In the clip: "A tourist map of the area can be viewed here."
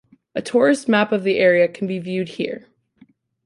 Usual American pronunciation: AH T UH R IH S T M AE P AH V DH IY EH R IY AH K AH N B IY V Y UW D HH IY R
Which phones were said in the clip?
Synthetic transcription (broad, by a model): AH T UH R IH S T M AE P AH V DH IY EH R IY AH K N B IY V Y UW D HH IY R